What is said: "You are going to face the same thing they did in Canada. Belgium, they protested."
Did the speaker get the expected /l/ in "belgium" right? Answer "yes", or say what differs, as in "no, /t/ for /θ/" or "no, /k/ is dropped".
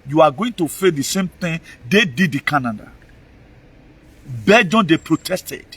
no, /l/ is dropped